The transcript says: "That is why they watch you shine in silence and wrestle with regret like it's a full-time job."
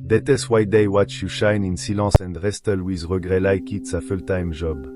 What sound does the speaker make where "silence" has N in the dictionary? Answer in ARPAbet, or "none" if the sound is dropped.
none